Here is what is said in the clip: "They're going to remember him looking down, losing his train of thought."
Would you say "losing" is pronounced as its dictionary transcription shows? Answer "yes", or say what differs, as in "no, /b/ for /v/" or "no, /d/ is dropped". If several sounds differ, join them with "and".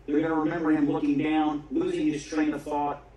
yes